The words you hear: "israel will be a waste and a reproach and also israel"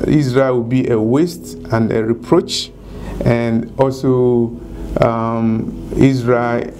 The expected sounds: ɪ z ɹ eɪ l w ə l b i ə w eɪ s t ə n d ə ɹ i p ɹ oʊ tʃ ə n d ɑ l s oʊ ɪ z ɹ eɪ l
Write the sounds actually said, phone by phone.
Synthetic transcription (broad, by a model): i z ɹ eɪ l w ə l b i ə w eɪ s t ə n d ə ɹ i p ɹ oʊ tʃ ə n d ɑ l s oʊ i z ɹ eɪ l